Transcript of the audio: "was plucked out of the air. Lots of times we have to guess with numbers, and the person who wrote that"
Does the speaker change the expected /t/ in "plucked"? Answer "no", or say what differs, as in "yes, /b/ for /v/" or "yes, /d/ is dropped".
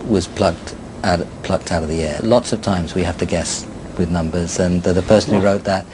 no